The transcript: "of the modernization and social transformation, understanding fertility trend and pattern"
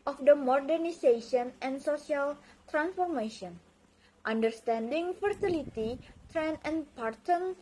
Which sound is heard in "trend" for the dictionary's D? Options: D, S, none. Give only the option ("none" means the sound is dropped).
none